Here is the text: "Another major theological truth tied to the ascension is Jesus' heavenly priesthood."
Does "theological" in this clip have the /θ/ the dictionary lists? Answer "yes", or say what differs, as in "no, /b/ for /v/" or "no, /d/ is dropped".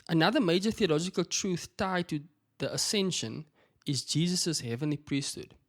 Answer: yes